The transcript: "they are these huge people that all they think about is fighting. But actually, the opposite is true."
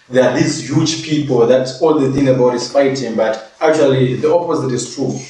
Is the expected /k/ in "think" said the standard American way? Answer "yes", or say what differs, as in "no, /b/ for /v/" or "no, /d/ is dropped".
no, /k/ is dropped